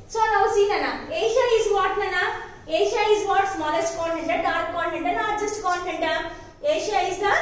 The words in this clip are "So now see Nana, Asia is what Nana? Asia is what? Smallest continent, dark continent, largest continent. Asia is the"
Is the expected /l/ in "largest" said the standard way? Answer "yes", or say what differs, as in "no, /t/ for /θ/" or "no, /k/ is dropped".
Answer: no, /n/ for /l/